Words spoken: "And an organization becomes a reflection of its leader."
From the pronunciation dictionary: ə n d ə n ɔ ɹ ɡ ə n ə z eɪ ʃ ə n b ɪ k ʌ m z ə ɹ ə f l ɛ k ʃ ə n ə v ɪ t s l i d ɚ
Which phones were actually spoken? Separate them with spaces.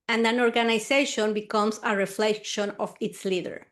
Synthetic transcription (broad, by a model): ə n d ə n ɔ ɹ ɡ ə n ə s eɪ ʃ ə n b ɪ k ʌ m s ə ɹ ə f l ɛ k ʃ ə n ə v ɪ t s l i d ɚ